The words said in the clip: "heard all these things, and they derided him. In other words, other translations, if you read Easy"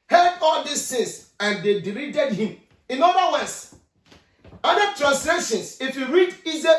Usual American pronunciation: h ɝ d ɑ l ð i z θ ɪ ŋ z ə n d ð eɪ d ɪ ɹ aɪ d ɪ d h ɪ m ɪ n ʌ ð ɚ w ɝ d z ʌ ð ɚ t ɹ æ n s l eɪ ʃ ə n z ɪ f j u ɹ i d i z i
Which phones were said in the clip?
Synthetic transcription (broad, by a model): h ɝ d ɑ l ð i s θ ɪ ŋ s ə n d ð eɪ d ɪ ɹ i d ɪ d h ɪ m ɪ n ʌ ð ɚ w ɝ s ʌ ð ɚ t ɹ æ n s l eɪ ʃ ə n s ɪ f j u ɹ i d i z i